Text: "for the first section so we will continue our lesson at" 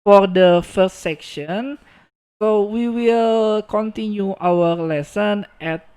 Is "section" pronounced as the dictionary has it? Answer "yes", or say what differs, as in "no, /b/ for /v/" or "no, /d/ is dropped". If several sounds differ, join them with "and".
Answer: yes